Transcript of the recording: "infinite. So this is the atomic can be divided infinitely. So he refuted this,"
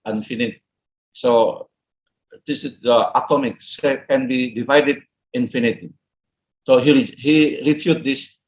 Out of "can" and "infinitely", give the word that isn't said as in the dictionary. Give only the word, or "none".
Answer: infinitely